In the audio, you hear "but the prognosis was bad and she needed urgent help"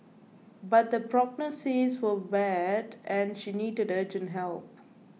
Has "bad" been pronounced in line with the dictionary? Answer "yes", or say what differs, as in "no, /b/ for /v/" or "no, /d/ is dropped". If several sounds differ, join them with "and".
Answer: yes